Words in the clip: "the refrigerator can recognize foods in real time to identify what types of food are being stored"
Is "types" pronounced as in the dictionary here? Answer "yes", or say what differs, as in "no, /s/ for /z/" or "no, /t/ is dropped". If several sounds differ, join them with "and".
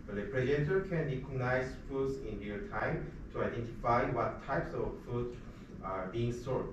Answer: yes